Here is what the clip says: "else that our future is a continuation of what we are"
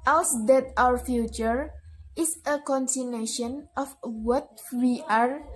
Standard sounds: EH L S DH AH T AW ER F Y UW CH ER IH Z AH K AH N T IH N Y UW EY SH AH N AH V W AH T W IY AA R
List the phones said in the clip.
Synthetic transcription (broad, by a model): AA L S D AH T AW ER F Y UW CH ER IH S AH K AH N S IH N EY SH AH N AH F W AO T W IY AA R